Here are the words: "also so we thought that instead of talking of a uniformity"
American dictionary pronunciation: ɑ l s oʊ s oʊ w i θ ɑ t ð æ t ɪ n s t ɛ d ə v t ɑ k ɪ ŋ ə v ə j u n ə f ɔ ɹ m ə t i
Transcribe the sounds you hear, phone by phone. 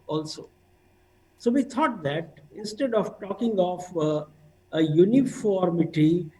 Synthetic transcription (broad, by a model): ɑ l s oʊ s oʊ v i t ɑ t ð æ t ɪ n s t ɛ d ə v t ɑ k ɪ ŋ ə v ə j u n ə f ɔ ɹ m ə t i